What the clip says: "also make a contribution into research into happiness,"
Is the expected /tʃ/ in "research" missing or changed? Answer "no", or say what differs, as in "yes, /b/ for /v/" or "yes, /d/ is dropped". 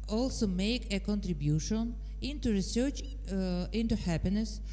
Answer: no